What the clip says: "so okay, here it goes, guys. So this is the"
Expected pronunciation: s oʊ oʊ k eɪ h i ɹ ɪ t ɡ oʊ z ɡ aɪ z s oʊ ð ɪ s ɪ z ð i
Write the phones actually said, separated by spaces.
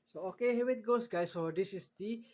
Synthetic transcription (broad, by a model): s oʊ oʊ k eɪ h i w ɪ t ɡ oʊ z ɡ aɪ s oʊ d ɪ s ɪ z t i